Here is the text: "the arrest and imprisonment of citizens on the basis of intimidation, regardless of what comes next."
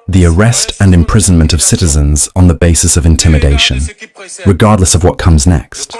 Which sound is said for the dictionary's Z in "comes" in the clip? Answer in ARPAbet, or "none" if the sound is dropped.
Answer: Z